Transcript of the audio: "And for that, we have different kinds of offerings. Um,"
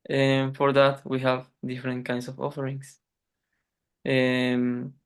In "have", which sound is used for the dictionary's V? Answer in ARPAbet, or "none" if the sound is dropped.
V